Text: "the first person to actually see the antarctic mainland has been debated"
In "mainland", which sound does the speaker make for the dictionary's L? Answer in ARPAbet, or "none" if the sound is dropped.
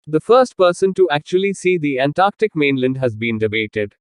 L